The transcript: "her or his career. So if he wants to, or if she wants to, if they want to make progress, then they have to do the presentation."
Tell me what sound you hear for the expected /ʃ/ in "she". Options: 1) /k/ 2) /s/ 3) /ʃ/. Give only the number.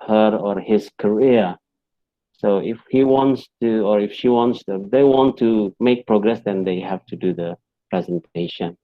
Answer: 3